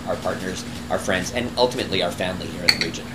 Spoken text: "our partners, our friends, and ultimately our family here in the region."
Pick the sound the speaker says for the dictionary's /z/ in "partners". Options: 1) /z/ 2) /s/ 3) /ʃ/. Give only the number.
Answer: 1